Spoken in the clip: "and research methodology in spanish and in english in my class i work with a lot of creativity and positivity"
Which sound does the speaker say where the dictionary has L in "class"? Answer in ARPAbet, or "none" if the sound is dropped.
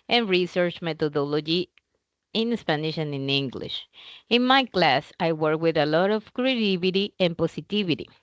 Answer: L